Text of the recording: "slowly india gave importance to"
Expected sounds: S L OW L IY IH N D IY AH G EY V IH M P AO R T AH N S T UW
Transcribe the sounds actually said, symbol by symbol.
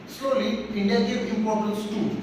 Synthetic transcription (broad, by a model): S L OW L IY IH N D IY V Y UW IH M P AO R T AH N S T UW